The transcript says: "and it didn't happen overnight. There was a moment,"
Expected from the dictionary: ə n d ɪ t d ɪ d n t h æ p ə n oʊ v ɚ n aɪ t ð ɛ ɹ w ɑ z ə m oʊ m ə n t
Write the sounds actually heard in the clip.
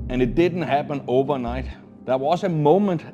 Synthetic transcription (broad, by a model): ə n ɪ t d ɪ d n t h æ p ə n oʊ v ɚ n aɪ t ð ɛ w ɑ s ə m oʊ m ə n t